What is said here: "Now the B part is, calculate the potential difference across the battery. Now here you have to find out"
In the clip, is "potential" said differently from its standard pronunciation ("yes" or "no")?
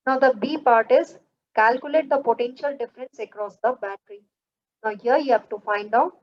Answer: no